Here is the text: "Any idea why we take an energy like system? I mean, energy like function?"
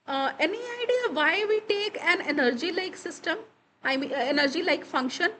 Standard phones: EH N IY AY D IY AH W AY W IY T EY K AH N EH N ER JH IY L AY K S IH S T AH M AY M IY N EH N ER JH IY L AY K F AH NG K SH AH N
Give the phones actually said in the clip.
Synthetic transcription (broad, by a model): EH N IY AY D IY AH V AY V IY T EY K AH N EH N ER JH IY L AY K S IH S T AH M AY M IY EH N ER JH IY L AY K F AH NG K SH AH N